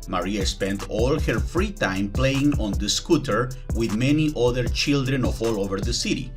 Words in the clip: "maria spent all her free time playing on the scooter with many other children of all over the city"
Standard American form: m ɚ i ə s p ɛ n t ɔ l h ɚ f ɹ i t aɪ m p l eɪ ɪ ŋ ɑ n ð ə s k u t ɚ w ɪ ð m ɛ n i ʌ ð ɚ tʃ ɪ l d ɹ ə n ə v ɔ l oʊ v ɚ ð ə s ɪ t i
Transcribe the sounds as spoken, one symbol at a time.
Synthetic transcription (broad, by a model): m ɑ i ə s p ɛ n t ɔ l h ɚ f ɹ i t aɪ m p l eɪ ɪ ŋ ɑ n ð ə s k u t ɚ w ɪ ð m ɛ n i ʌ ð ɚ tʃ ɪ l d ɹ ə n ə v ɔ l oʊ v ɚ ð ə s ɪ t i